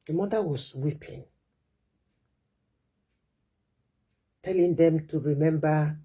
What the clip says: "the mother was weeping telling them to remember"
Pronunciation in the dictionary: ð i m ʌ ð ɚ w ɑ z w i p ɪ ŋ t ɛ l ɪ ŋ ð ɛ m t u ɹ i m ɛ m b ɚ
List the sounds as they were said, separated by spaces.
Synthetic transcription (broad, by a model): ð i m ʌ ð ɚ w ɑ s w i p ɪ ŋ t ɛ l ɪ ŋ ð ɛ m t u ɹ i m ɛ m b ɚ